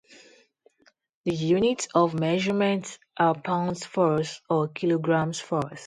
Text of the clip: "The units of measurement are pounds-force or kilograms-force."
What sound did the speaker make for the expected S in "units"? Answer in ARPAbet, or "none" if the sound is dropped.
none